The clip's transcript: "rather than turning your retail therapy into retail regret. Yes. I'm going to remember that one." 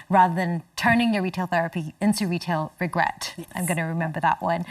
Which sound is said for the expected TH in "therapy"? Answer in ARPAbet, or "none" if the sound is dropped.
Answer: TH